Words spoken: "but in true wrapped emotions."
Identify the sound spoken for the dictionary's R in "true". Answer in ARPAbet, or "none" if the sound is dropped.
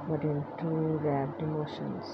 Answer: none